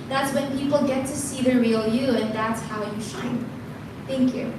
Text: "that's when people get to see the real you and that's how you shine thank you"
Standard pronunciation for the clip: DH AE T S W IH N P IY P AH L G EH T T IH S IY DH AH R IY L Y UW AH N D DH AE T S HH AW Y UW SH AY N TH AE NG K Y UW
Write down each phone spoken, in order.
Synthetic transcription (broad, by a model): DH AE T S W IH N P IY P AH L G EH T T IH S IY DH AH R IY L Y UW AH N DH AE T S HH AW Y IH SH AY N TH AE NG K Y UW